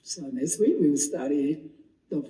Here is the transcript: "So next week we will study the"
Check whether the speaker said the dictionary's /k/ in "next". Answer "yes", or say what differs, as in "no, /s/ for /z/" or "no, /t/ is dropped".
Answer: no, /k/ is dropped